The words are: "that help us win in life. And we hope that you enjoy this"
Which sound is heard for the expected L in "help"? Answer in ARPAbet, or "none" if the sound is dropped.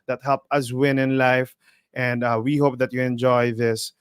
L